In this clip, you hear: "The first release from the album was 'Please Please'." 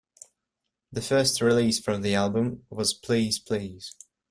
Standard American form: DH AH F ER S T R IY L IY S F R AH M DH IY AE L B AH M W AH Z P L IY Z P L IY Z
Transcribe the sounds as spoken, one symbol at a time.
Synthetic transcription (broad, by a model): DH AH F ER S T R IY L IY S F R AH M DH IY AE L B AH M W AH Z P L IY Z P L IY Z